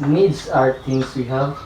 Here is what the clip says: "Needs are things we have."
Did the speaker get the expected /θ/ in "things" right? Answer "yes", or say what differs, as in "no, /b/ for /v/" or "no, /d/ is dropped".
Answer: no, /t/ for /θ/